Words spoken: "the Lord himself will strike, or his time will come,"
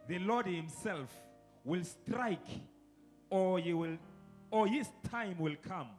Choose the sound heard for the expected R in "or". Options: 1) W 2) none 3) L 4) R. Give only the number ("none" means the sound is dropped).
3